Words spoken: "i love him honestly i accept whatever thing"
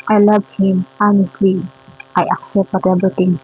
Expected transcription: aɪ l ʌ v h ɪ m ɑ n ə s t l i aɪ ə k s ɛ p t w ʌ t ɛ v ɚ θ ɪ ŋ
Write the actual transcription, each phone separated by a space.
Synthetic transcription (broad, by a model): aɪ l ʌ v h ɪ m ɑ n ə s t l i aɪ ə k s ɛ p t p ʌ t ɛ b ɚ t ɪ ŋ